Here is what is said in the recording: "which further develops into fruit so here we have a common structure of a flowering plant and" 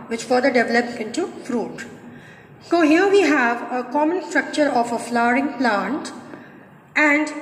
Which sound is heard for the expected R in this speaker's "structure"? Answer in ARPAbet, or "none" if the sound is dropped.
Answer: R